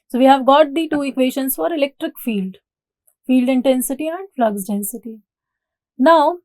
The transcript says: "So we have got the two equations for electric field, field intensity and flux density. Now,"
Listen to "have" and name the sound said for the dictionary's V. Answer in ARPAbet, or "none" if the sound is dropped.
V